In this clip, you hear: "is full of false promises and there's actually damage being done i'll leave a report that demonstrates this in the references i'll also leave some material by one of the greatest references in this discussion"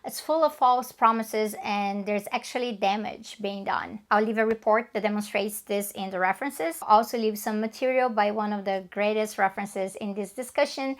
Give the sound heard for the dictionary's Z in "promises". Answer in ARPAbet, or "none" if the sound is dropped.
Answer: Z